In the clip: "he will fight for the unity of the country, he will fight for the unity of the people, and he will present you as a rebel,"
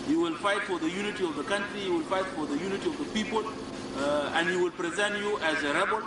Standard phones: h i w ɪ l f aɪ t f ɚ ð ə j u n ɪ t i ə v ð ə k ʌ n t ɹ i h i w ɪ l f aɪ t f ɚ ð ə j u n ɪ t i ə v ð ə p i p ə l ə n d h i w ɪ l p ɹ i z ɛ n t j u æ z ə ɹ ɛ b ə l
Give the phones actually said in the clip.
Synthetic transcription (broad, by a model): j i w ɪ l f aɪ t f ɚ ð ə j u n ɪ t i ə v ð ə k ʌ n t ɹ i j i w ɪ l f aɪ t f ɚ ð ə j u n ɪ t i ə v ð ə p i p ə l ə n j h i w ɪ l p ɹ i z ɛ n t j u æ z ə ɹ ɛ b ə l